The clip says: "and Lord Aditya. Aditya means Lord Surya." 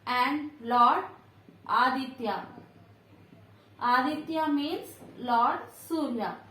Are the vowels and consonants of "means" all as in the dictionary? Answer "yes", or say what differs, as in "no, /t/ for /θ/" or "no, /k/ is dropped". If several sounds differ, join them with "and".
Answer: no, /n/ is dropped